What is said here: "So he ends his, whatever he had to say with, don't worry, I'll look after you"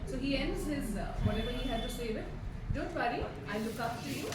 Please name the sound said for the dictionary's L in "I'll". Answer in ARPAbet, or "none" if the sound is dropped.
N